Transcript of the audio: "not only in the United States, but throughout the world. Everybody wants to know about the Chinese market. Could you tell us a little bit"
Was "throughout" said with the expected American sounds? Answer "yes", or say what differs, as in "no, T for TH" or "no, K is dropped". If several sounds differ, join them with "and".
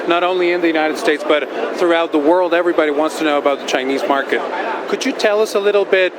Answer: yes